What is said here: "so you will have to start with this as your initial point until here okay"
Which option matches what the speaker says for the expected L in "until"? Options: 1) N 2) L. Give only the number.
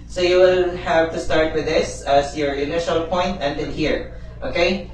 1